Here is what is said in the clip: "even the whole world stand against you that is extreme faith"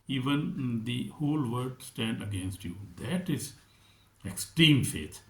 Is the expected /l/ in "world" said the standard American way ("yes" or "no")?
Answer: no